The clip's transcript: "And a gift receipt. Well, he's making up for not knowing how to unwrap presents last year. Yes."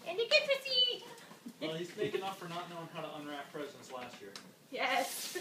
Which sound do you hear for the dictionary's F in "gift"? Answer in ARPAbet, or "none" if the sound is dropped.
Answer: none